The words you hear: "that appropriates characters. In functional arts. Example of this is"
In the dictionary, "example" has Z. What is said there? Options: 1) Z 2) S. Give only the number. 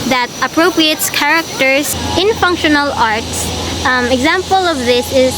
1